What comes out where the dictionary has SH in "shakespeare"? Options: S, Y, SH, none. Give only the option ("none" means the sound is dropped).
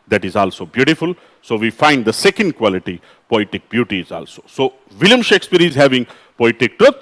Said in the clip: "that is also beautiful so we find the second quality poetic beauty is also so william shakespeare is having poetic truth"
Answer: SH